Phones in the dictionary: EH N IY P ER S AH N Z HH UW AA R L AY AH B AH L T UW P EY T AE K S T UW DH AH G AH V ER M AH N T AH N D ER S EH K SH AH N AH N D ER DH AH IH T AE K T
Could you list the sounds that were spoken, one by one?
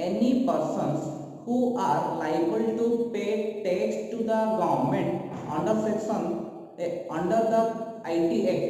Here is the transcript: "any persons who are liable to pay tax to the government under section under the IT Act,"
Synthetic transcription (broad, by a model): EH N IY P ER S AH N S HH UW AA R L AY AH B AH L T UW P EY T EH S T UW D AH G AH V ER M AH N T AH N D ER S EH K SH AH N AH N D ER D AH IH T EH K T